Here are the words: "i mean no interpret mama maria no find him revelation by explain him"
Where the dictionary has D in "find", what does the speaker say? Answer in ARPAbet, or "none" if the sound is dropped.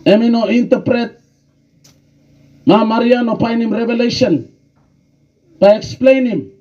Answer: none